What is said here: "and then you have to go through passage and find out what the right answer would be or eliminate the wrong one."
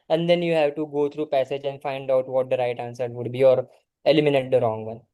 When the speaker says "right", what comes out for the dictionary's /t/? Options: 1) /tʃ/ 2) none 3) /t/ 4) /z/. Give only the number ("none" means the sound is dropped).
3